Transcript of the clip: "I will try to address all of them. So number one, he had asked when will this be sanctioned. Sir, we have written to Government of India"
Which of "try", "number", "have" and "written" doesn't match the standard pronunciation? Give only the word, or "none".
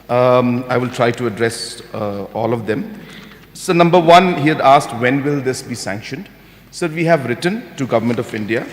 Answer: none